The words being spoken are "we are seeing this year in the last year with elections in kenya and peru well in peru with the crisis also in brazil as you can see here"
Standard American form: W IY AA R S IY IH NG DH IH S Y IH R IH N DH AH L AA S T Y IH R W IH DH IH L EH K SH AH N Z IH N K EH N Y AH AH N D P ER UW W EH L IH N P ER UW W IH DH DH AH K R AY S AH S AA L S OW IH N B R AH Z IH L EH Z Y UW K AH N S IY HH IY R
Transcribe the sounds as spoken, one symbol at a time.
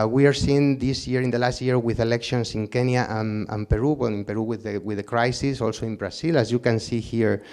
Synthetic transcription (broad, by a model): W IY AA R S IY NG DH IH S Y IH R IH N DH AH L AA S T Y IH R W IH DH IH L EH K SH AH N S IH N K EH N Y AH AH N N P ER UW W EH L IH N P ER UW W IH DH DH AH K R AY S AH S AA L S OW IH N B R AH S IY L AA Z Y UW K AH N S IY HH IY R